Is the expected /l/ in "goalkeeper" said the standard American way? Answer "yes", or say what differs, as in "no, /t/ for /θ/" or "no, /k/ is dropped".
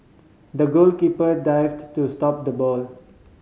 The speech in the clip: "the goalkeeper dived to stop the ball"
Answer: yes